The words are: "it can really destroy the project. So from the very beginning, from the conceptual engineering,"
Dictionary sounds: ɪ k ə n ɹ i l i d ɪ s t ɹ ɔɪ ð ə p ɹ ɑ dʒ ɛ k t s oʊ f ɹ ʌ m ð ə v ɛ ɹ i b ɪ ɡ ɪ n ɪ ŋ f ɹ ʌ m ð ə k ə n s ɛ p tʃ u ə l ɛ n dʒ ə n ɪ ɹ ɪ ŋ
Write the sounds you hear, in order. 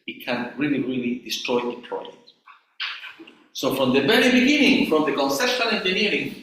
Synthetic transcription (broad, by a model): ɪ k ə n ɹ i l i d ɪ s t ɹ ɔɪ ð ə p l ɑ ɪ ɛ t s oʊ f ɹ ʌ m ð ə v ɛ ɹ i b ɪ ɡ ɪ n ɪ ŋ f ɹ ʌ m ð ə k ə n s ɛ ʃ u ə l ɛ n dʒ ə n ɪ ɹ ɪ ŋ